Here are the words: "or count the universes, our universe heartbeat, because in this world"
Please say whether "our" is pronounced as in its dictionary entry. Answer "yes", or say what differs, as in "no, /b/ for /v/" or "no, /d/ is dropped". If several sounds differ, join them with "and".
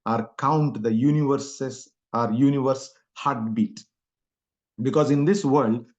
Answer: yes